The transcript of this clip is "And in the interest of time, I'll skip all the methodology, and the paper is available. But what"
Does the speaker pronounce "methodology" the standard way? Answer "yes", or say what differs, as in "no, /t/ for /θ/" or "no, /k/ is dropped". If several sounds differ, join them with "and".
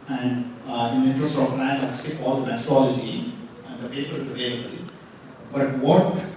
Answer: no, /t/ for /θ/